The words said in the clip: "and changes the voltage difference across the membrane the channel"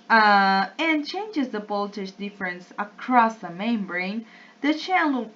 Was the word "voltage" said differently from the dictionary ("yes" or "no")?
yes